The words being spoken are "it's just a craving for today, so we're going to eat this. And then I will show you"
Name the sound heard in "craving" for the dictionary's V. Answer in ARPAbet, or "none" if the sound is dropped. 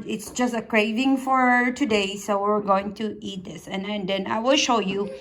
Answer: V